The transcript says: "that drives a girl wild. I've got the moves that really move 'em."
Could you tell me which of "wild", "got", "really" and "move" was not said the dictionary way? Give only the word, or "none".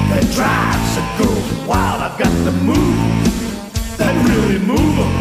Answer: wild